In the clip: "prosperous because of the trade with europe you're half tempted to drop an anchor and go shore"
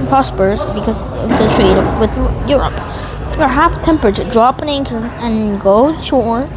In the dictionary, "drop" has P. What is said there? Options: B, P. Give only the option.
P